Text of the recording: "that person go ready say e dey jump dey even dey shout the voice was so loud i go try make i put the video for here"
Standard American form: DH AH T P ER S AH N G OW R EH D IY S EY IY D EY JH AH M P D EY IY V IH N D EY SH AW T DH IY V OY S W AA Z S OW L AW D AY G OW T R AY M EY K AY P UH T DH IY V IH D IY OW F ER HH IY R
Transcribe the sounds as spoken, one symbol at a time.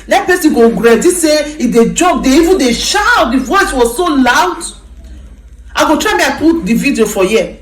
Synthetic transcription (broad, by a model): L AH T P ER S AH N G OW R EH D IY S EY IY D EY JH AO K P D EY IY V IH N D EY SH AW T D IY V OY S W AA Z S OW L AW D AY G OW T R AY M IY AY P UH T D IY V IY D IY OW F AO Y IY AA